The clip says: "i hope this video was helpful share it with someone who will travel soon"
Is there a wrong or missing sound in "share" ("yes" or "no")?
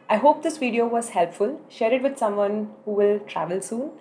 no